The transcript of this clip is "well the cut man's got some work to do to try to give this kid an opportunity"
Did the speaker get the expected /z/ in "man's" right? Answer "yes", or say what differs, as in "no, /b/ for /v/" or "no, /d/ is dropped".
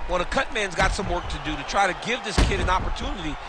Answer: yes